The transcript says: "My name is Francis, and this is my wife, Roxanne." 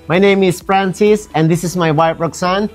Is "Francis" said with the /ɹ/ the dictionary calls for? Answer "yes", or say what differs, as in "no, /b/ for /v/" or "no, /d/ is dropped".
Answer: yes